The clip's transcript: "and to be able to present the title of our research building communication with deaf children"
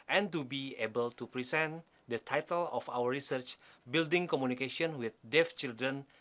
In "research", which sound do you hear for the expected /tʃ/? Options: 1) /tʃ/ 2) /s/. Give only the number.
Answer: 1